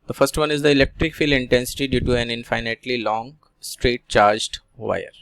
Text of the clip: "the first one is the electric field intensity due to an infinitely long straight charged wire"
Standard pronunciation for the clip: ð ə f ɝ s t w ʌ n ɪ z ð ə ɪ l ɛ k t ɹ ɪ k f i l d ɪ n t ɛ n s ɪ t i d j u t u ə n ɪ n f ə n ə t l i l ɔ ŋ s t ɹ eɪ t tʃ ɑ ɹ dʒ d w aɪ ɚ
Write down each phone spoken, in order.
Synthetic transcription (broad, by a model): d ə f ɝ s t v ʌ n ɪ z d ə ɪ l ɛ k t ɹ ɪ k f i l ɪ n t ɛ n s ɪ t i d j u t u ə n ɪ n f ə n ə t l i l ɔ ŋ s t ɹ eɪ t tʃ ɑ ɹ dʒ d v aɪ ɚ